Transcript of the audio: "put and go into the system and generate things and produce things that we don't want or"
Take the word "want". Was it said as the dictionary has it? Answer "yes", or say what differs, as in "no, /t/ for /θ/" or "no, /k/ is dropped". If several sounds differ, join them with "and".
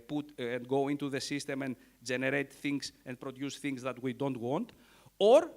yes